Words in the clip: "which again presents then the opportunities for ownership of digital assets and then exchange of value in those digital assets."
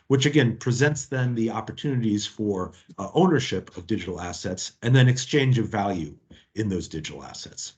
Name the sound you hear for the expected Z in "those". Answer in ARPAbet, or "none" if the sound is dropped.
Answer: Z